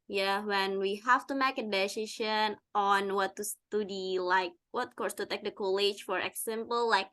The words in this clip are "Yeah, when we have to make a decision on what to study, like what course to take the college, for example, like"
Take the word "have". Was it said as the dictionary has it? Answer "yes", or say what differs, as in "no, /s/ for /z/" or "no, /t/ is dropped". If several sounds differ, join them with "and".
no, /f/ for /v/